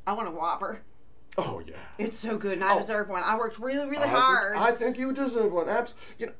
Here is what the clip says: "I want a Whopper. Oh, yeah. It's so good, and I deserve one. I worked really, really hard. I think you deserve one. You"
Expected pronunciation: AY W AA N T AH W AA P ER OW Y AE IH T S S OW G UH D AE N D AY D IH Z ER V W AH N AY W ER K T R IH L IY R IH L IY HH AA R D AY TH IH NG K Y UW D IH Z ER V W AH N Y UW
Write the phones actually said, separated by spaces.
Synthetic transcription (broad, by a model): AY W AA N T AH W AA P ER OW Y AE IH T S S OW G UH D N AY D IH Z ER V W AH N AY W ER K T R IH L IY R IH L IY HH AA R D AY TH IH NG K Y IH D IH Z ER V W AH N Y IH